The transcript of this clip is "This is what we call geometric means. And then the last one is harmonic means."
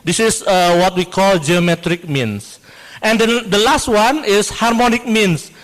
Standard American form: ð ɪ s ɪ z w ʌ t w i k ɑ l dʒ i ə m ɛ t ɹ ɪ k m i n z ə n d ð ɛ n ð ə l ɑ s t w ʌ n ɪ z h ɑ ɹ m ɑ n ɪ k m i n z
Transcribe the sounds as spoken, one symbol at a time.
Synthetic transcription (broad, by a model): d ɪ s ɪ s w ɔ t w i k ɑ l dʒ i ə m ɛ t ɹ ɪ k m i n s ə n d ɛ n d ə l ɑ s t w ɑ n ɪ s h ɑ ɹ m ɑ n ɪ k m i n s